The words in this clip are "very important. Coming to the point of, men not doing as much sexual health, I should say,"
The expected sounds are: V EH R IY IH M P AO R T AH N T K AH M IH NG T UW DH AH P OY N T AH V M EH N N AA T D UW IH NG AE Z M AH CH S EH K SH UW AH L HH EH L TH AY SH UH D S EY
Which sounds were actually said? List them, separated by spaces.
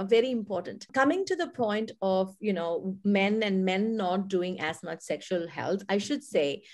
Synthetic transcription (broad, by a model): V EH R IY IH M P AO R T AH N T K AH M IH NG T UW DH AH P OY N T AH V M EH N N AA T D UW IH NG AE Z M AH CH S EH K SH UW AH L HH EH L T AY SH UH D S EY